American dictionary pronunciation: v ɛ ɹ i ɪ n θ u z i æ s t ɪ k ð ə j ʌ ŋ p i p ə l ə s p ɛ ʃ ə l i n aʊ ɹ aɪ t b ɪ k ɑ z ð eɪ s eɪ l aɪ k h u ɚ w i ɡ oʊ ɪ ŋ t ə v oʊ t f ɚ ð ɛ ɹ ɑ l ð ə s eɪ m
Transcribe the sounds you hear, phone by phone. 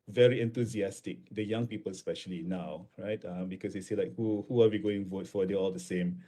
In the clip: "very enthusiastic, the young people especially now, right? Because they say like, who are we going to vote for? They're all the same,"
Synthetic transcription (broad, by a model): v ɛ ɹ i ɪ n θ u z i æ s t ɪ k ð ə j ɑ ŋ p i p ə l s p ɛ ʃ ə l i n aʊ ɹ aɪ t b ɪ k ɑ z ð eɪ s eɪ l aɪ k h u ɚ w i ɡ oʊ ɪ ŋ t v oʊ t f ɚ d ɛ ɑ l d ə s eɪ m